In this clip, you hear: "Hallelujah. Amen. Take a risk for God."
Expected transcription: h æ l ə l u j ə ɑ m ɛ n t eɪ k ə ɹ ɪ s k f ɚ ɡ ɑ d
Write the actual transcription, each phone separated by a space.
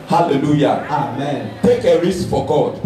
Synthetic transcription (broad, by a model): h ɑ l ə l u j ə ɑ m ɛ n t eɪ k ə ɹ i s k f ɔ ɡ ɑ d